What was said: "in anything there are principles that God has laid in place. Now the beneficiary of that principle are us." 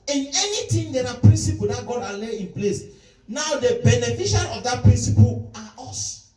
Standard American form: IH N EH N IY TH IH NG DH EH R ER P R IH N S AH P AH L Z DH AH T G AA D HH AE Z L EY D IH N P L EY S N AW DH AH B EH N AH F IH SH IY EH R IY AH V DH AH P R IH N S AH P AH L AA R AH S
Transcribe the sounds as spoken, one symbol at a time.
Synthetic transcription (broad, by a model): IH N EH N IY T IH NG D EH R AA P R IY N S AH P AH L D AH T G AA D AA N L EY IH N P L EY S N AW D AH B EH N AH F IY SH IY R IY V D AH P R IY N S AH P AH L AA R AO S